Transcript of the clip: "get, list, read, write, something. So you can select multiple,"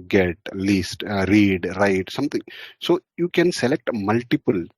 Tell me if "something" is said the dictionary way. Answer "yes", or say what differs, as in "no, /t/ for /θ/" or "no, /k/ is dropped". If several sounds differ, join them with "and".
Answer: no, /t/ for /θ/